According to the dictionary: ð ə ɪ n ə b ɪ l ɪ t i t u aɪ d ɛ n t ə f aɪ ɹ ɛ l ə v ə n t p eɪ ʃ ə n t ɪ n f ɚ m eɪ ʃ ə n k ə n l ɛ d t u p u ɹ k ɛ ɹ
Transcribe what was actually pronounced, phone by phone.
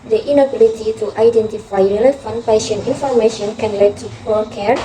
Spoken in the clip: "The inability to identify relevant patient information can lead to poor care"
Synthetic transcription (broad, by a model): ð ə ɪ n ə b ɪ l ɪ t i t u aɪ d ɛ n t ə f aɪ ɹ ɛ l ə f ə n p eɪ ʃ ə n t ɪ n f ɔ m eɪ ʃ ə n k ə n l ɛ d t u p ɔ l k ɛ ɹ